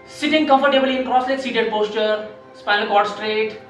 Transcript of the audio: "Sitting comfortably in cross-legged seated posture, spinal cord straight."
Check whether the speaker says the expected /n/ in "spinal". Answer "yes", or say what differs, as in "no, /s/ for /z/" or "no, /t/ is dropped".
no, /n/ is dropped